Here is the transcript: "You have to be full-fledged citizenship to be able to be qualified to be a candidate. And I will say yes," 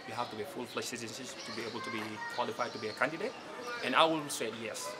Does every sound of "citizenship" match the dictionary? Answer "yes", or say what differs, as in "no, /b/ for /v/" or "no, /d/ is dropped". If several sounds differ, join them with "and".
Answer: no, /s/ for /ʃ/